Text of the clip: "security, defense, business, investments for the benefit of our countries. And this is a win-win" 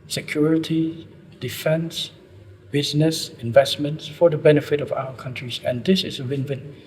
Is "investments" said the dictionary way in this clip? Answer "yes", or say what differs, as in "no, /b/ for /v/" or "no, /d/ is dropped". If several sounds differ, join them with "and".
yes